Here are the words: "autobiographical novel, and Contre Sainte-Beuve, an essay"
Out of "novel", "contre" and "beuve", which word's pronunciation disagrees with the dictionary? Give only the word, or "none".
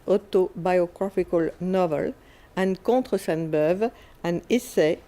contre